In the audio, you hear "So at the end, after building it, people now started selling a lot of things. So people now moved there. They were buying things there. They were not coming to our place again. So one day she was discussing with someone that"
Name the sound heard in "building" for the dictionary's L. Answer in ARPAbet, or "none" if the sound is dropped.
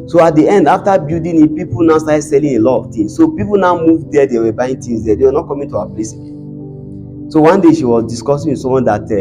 none